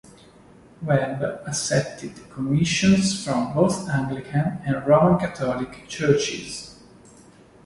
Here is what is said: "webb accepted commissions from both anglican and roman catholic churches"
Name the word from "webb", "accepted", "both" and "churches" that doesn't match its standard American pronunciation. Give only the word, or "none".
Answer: accepted